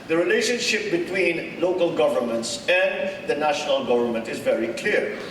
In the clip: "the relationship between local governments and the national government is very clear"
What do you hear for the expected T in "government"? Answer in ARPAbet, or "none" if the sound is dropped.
T